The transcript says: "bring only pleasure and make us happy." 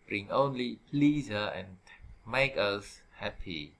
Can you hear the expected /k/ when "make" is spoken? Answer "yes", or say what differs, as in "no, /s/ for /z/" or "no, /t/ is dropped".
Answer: yes